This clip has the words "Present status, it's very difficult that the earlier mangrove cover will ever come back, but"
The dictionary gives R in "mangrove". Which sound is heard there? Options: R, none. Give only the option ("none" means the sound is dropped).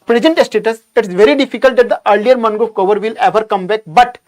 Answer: none